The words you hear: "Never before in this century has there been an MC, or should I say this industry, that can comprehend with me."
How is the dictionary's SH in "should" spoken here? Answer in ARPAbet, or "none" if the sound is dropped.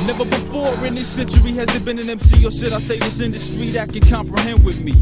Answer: S